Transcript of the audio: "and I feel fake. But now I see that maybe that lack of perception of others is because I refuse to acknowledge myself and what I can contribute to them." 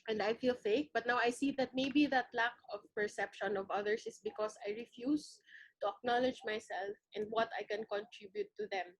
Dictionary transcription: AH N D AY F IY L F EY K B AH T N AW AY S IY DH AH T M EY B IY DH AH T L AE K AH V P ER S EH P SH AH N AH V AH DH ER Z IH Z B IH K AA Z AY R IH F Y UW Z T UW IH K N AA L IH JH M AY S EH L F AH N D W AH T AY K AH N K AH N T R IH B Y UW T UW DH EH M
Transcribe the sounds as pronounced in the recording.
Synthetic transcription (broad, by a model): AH N D AY F IY L F EY K B AH T N AW AY S IY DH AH T M EY B IY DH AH T L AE K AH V P ER S EH P SH AH N AH V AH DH ER S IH S B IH K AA S AY R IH F Y UW S T UW IH K N AA L IH JH M AY S EH L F AH N D W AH T AY K AH N K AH N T R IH B Y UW T UW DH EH M